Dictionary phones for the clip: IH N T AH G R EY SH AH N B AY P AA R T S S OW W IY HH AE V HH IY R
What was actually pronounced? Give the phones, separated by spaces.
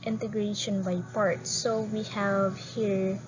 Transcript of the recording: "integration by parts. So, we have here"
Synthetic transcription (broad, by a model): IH N T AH G R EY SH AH N B AY P AA R T S S OW W IY HH AE V HH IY R